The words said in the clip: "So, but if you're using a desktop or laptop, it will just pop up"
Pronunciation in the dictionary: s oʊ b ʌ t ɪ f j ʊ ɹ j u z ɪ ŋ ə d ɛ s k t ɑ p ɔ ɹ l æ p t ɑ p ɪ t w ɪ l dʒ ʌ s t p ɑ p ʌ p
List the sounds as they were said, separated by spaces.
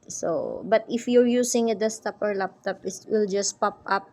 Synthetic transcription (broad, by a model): s oʊ b ʌ t ɪ f j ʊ ɹ j u s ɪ ŋ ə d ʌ s t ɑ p ɔ ɹ l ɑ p t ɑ p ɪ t w ɪ l dʒ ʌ s p ɑ p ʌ p